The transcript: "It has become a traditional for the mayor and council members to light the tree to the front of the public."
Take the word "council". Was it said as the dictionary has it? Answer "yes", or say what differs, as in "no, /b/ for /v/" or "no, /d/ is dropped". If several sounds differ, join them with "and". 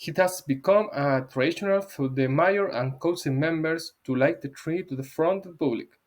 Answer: no, /n/ is dropped